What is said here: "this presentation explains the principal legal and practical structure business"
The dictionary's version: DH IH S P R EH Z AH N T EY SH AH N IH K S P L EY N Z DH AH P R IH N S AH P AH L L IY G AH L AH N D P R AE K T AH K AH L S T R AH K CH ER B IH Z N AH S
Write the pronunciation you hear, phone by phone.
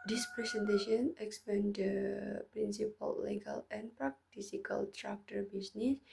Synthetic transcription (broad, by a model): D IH S P R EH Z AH N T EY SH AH N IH K S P EY N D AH P R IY N S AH P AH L L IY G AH L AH N P R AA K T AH K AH L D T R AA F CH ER B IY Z N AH S